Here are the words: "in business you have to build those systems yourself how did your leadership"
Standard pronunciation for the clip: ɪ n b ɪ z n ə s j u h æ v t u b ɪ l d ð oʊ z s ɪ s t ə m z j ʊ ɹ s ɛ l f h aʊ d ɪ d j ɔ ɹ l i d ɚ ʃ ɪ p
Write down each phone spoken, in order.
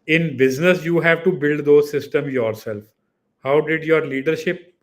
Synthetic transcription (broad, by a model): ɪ n b ɪ z n ə s j u h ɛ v t u b ɪ l d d oʊ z s ɪ s t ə m j ʊ ɹ s ɛ l f h aʊ d ɪ d j ɔ ɹ l i d ɚ ʃ ɪ p